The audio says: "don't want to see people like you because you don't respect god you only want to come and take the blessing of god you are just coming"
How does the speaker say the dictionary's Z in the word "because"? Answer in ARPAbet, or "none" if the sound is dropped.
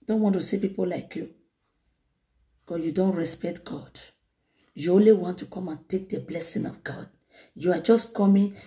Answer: none